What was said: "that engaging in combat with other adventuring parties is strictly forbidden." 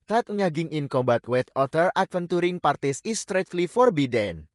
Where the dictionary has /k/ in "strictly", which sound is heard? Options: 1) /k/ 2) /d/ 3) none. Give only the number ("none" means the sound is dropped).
3